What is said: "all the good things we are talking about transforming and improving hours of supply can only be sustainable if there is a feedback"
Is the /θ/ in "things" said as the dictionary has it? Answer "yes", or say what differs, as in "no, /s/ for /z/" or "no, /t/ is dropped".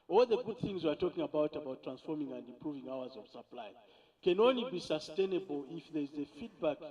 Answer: yes